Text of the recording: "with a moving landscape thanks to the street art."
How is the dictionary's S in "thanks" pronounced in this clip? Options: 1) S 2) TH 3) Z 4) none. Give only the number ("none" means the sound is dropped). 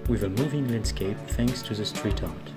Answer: 1